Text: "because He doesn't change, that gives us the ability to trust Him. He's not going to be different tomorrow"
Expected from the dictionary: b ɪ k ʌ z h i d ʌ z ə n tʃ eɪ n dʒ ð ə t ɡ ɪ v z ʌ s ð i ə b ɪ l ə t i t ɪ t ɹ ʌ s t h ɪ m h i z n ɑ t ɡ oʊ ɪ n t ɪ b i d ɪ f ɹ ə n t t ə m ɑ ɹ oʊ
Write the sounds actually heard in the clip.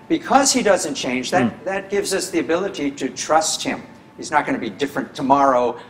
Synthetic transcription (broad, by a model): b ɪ k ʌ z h i d ʌ z ə n tʃ eɪ n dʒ ð ə t ɡ ɪ v z ʌ s ð i ə b ɪ l ə t i t ɪ t ɹ ʌ s t h ɪ m h i z n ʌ t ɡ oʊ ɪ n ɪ b i d ɪ f ɹ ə n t t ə m ɑ ɹ oʊ